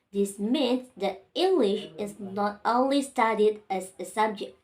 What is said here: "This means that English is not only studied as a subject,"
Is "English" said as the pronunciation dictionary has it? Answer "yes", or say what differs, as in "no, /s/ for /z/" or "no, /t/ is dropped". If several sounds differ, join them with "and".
yes